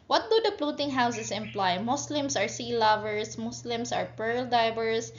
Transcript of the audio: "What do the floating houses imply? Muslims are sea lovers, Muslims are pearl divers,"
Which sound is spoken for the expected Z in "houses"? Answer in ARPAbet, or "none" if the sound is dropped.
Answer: S